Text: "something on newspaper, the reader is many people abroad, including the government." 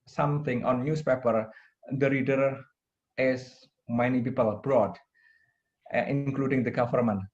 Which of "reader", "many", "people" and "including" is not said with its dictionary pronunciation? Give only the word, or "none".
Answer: none